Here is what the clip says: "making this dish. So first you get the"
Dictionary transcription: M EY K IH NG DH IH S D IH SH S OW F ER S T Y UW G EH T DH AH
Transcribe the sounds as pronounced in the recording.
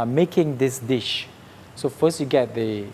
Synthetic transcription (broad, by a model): M EY K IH NG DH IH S D IH SH S OW F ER S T Y UW G EH T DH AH